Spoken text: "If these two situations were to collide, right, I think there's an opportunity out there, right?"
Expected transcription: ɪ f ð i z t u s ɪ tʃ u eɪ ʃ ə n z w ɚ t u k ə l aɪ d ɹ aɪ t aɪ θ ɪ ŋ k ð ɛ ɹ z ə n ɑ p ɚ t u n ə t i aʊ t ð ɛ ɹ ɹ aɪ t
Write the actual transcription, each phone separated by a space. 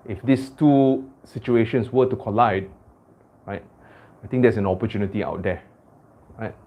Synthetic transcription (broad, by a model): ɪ f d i s t u s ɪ tʃ u eɪ ʃ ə n s w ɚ t u k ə l aɪ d ɹ aɪ t aɪ t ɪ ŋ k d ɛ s ə n ɑ p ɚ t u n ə t i aʊ t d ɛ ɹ ɹ aɪ t